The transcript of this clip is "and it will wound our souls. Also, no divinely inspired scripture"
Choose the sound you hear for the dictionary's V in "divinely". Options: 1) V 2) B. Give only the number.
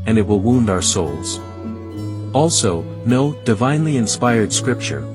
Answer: 1